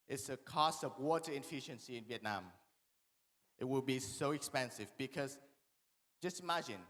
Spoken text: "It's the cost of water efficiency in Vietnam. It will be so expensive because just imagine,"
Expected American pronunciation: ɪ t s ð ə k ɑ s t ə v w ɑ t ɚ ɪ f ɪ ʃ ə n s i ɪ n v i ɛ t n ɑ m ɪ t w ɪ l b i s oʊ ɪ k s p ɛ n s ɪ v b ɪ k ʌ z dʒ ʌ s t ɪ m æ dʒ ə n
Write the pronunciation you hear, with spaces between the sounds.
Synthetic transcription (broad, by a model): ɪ t s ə k ɑ s t ə v w ɑ t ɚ ɪ f ɪ ʃ ə n s i ɪ n v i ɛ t n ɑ m ɪ t w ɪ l b i s oʊ ɪ k s p ɛ n s ɪ v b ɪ k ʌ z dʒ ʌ s t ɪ m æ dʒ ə n